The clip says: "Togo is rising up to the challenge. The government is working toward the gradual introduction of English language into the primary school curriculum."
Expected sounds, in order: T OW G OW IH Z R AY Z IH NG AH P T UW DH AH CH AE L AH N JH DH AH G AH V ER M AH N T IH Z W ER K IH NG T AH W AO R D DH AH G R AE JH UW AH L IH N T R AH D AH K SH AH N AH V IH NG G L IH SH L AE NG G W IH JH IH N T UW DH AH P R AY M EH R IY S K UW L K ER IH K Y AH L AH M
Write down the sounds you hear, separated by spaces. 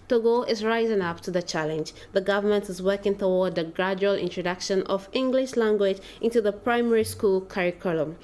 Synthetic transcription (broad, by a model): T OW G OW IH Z R AY Z IH NG AH P T UW DH AH CH AE L AH N JH DH AH G AH V ER M AH N T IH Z W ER K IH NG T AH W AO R D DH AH G R AE JH UW AH L IH N T R AH D AH K SH AH N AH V IH NG G L IH SH L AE NG G W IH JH IH N T UW DH AH P R AY M EH R IY S K UW L K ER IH K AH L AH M